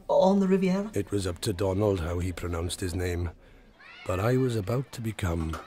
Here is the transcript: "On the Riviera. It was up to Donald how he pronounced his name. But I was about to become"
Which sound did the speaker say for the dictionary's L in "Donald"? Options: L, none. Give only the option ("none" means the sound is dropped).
L